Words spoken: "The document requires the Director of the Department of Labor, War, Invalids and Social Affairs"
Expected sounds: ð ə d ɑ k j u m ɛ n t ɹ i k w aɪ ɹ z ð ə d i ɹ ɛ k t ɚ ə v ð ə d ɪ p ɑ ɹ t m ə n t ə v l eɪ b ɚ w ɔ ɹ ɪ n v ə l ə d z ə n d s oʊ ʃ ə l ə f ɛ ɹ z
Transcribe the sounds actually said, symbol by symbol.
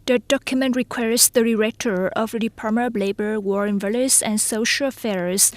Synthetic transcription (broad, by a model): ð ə d ɑ k j u m ɛ n t ɹ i k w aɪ ɹ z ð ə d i ɹ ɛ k t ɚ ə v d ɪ p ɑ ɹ m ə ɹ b l eɪ b ɚ w ɔ ɹ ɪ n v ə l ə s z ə n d s oʊ ʃ ə l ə f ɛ ɹ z